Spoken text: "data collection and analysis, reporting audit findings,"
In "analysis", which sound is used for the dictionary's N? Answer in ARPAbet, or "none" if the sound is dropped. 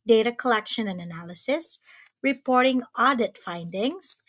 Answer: N